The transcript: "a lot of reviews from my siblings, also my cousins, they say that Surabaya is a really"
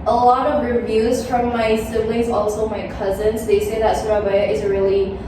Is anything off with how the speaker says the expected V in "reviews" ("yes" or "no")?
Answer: no